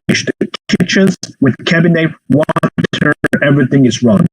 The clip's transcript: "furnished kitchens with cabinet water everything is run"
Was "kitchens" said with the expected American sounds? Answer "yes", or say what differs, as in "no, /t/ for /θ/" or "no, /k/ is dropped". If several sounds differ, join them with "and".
no, /n/ is dropped